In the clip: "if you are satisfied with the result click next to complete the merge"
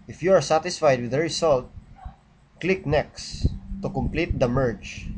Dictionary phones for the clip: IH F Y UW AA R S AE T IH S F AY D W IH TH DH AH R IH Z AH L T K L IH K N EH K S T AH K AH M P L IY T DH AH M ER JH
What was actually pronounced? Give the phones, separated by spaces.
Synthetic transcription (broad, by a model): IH F Y UW AA R S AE T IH S F AY D W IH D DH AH R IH S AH L T K L IH K N EH K S T AH K AH M P L IY T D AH M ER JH